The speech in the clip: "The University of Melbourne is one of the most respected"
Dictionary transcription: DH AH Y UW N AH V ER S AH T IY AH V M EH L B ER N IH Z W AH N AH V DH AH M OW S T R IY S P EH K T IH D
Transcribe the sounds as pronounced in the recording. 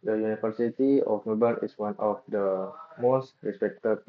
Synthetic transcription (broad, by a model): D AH Y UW N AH F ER S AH T IY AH F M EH B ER IH S W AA N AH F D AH M OW S T R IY S P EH K T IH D